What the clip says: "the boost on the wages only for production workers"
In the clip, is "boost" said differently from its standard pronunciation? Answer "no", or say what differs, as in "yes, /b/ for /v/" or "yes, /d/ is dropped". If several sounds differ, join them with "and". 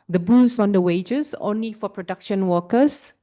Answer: yes, /t/ is dropped